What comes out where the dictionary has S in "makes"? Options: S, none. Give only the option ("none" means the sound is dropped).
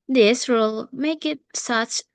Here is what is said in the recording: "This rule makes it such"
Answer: none